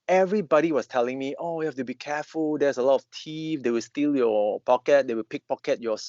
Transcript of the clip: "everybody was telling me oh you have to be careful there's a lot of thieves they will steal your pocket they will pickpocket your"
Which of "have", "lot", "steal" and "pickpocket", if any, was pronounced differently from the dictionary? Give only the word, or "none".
have